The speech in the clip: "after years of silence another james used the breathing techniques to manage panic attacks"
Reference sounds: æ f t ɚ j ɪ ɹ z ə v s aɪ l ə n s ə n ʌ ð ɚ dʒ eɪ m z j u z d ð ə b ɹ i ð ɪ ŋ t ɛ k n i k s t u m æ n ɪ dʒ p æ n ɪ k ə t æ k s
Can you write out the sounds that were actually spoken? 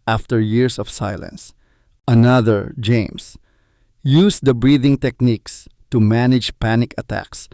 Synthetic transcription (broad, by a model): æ f t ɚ j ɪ ɹ s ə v s aɪ l ə n s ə n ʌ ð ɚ dʒ eɪ m s j u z d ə b ɹ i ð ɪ ŋ t ɛ k n i k s t u m æ n ɪ dʒ p æ n ɪ k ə t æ k s